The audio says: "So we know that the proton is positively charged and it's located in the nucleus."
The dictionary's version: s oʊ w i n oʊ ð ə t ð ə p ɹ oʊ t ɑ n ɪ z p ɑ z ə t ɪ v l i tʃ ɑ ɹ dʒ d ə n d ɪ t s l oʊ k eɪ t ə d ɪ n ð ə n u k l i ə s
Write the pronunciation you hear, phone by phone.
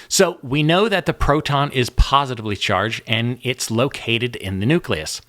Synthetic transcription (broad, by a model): s oʊ w i n oʊ ð ə t ð ə p ɹ oʊ t ɑ n ɪ z p ɑ z ə t ɪ v l i tʃ ɑ ɹ dʒ d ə n ɪ t s l oʊ k eɪ t ə d ɪ n ð ə n u k l i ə s